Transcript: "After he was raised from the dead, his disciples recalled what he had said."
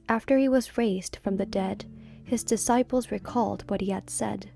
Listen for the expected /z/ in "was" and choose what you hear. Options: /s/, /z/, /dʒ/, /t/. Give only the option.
/z/